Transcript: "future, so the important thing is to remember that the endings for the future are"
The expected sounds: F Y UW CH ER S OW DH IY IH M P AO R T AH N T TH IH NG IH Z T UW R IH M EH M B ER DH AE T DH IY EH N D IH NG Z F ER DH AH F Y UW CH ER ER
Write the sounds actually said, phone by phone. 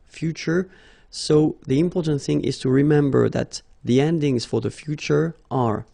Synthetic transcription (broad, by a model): F Y UW CH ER S OW DH IY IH M P AO R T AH N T TH IH NG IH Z T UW R IH M EH M B ER DH AE T DH IY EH N D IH NG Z F ER DH AH F Y UW CH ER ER